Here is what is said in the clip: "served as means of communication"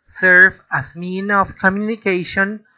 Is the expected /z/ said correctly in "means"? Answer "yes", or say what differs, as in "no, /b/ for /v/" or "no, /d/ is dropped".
no, /z/ is dropped